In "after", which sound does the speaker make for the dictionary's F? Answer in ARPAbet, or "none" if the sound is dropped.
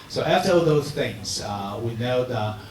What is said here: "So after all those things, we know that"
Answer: none